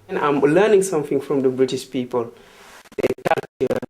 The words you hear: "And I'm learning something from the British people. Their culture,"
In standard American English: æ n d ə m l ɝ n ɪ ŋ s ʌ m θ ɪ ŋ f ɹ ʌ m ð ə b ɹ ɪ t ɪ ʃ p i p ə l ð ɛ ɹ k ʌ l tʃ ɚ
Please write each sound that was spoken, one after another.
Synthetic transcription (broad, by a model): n ə m l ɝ n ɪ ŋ s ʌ m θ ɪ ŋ f ɹ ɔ m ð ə b ɹ ɪ t ɪ ʃ p i p ə l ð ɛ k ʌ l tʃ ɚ